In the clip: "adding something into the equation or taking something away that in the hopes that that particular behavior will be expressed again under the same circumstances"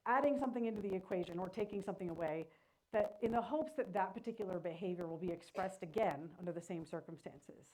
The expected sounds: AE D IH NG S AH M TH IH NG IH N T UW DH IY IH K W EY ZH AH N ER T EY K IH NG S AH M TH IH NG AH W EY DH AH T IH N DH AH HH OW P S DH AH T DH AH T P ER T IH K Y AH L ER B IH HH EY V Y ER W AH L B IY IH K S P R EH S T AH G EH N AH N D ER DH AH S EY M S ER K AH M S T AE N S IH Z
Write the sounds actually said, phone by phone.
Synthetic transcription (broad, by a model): AE D IH NG S AH M TH IH NG IH N T UW DH IY IH K W EY ZH AH N ER T EY K IH NG S AH M TH IH NG AH W EY DH AH T IH N DH AH HH OW P S DH AH T DH AH T P ER T IH K Y L ER B IH HH EY V Y ER W AH L B IY IH K S P R EH S T AH G EH N AH N D ER DH AH S EY M S ER K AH M S T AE N S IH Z